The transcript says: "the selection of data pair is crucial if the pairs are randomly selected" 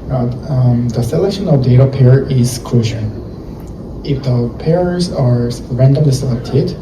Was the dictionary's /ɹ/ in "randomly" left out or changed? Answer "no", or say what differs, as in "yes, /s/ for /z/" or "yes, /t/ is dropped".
no